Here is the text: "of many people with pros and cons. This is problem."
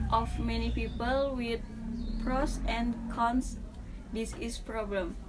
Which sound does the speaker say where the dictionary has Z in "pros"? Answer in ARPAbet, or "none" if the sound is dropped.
S